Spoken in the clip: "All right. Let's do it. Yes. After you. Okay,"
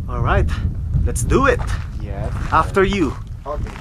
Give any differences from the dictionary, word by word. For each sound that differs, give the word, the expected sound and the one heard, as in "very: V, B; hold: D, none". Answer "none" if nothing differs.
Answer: yes: S, none